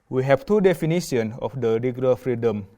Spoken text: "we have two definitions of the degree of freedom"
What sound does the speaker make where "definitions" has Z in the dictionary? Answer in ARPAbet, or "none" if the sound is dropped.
none